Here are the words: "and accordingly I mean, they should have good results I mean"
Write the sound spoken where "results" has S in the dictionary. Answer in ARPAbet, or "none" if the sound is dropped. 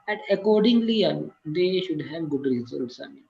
S